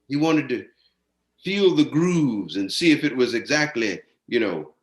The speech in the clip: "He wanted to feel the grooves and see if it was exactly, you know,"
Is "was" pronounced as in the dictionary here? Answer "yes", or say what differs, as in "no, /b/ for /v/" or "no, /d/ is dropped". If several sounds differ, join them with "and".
yes